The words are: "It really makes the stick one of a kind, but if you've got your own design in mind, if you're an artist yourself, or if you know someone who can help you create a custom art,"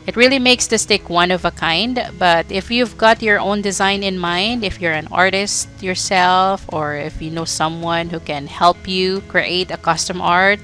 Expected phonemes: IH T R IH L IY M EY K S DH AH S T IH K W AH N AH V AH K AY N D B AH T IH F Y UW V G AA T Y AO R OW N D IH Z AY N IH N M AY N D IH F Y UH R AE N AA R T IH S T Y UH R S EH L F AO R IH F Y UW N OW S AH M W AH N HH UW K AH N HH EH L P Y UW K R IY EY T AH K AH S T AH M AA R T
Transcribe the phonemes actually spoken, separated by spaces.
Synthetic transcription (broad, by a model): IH T R IH L IY M EY K S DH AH S T IH K W AH N AH V AH K AY N D B AH T IH F Y UW V G AA T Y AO R OW N D IH Z AY N IH N M AY N D IH F Y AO R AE N AA R T IH S T Y UH R S EH L F AO R IH F Y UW N OW S AH M W AH N HH UW K AH N HH EH L P Y UW K R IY EY T AH K AH S T AH M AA R T